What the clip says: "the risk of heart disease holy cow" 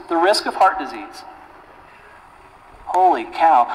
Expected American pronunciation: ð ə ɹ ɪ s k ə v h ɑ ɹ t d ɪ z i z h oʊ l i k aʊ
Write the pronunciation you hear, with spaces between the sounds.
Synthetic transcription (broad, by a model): ð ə ɹ ɪ s k ə v h ɑ ɹ t d ɪ z i z h oʊ l i k aʊ